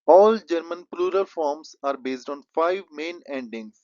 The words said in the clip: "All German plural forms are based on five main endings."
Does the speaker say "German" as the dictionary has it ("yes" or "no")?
yes